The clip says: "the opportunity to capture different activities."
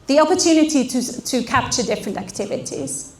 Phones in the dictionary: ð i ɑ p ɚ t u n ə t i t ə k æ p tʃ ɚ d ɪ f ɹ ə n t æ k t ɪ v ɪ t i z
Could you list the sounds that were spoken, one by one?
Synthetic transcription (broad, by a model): ð i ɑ p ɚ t u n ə t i t ə k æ p tʃ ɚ d ɪ f ɹ ə n t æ k t ɪ v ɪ t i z